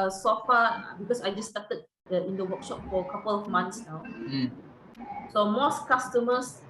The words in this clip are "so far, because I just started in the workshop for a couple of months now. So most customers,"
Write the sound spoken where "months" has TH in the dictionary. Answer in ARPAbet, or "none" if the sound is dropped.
T